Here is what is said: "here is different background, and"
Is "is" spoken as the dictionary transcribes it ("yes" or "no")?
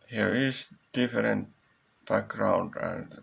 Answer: no